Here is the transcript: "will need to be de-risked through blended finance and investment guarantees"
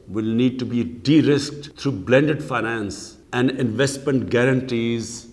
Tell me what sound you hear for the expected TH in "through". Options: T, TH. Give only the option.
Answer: T